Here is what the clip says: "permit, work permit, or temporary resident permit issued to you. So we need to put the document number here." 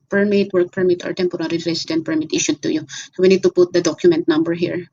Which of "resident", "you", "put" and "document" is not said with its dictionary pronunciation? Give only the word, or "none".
resident